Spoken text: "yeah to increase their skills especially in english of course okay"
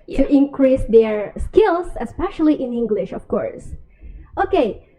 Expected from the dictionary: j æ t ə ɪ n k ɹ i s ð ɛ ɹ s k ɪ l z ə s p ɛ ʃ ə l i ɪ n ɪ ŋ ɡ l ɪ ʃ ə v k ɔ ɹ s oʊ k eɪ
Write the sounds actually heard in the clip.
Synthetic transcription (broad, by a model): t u t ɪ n k ɹ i s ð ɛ ɹ s k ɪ l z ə s p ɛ ʃ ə l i ɪ n ɪ ŋ ɡ l ɪ ʃ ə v k ɔ ɹ s oʊ k eɪ